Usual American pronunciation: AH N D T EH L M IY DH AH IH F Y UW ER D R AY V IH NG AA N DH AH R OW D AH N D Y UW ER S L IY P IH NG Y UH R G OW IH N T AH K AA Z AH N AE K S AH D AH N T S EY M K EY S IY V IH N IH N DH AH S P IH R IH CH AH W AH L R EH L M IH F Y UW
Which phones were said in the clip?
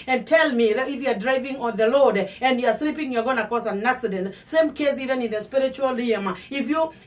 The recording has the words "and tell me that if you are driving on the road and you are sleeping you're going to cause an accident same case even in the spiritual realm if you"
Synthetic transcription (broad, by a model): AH N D T EH L M IY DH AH IH F Y UW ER D R AY V IH NG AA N DH AH L OW D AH N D Y UW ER S L IY P IH NG Y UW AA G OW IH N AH K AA S AH N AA K S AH D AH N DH S EY M K EY S IY V IH N IH N DH AH S P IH R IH CH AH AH L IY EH M IH F Y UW